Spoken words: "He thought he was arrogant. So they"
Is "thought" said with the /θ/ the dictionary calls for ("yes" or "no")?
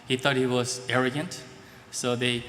no